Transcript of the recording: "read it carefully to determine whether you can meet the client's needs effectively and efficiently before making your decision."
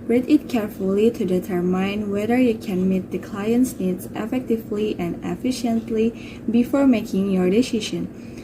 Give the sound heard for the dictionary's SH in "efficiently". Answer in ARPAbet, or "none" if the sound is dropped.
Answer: SH